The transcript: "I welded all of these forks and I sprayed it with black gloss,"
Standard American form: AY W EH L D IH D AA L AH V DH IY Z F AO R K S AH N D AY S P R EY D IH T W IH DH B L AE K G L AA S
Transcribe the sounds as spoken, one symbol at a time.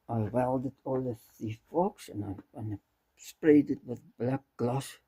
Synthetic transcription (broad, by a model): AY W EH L D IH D AA L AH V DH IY F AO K S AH N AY S P R EY D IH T W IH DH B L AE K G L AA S